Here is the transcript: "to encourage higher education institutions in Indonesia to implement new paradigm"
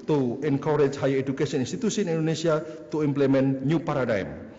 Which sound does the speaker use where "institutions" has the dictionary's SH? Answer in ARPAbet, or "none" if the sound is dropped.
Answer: S